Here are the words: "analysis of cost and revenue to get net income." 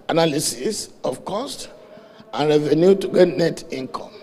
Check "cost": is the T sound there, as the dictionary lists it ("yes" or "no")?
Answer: yes